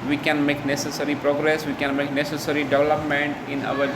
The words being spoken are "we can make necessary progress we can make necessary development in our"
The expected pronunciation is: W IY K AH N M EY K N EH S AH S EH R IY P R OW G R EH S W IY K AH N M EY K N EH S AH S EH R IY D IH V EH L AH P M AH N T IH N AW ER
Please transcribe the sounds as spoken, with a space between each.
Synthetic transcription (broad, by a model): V IY K AH N M EY K N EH S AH S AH R IY P R OW G R EH S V IY K AH N M EY K N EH S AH S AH R IY D IH V EH L AH P M AH N T IH N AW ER